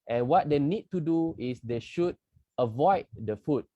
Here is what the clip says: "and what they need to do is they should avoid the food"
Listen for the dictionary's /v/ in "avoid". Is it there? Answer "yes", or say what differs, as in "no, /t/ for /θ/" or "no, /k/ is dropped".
yes